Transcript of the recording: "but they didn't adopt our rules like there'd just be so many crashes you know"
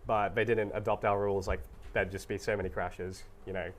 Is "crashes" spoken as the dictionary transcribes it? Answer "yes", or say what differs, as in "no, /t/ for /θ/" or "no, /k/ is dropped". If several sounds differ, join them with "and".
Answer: yes